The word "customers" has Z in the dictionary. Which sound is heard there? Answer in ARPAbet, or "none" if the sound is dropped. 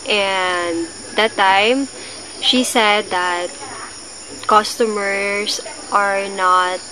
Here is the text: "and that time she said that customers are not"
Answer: S